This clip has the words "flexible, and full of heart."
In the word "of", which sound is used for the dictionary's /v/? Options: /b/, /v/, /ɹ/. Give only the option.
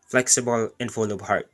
/b/